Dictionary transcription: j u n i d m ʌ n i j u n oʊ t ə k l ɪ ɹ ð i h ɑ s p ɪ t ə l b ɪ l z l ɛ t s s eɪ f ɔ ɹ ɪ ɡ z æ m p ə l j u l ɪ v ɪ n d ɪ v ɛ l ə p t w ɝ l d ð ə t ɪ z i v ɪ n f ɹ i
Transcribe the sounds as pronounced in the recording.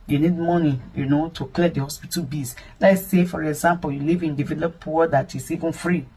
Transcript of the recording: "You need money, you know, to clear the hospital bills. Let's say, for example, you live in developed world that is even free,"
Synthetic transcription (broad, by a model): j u n i d m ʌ n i j u n oʊ t ə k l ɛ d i h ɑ s p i t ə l b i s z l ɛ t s s eɪ f ɔ ɹ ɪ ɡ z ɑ m p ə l j u l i v ɪ n d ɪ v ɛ l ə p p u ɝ d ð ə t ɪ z i v ɪ n f ɹ i